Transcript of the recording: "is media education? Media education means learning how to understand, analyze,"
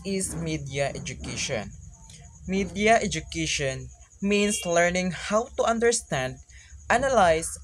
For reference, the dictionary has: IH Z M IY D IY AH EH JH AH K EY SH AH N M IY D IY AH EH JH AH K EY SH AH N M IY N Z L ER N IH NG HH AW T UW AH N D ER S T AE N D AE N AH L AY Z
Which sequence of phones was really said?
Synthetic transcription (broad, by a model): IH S M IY D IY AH EH JH AH K EY SH AH N M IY D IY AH EH JH AH K EY SH AH N M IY N S L ER N IH NG HH AW T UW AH N D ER S T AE N D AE N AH L AY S